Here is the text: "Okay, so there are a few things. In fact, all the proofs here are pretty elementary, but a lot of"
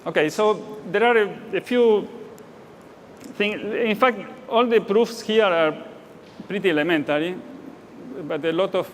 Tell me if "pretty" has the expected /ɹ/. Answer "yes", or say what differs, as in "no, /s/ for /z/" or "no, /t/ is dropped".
yes